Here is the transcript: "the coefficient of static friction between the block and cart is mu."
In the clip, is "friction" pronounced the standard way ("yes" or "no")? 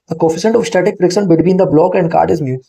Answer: no